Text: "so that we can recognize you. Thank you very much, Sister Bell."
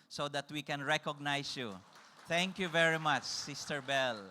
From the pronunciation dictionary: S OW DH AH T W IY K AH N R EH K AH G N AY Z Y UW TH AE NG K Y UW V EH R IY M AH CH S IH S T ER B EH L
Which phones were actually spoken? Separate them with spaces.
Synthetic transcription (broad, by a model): S OW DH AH T W IY K AH N R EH K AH G N AY S Y UW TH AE NG K Y UW V EH R IY M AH CH S IH S T ER B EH L